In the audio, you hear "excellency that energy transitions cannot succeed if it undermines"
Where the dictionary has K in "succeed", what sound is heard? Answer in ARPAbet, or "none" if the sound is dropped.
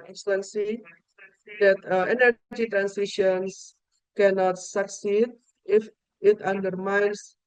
K